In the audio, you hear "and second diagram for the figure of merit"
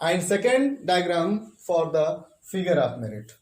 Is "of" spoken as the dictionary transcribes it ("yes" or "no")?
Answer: no